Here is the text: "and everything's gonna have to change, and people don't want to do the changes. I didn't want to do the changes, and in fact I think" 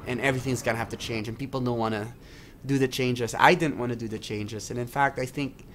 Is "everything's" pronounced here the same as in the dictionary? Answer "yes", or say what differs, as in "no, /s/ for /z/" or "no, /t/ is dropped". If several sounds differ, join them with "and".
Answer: yes